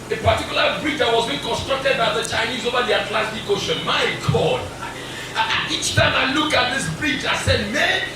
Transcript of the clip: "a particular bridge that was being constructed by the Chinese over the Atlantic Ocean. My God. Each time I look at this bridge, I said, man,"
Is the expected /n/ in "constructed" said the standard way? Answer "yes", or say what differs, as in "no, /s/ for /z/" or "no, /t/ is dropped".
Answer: yes